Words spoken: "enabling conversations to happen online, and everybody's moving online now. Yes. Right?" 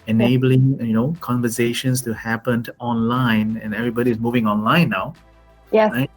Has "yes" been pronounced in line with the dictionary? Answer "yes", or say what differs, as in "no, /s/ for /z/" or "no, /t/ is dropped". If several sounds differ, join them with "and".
no, /s/ is dropped